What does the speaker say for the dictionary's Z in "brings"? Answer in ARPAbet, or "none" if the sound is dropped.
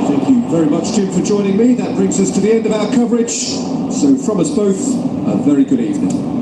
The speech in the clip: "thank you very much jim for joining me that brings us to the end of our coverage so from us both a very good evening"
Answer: Z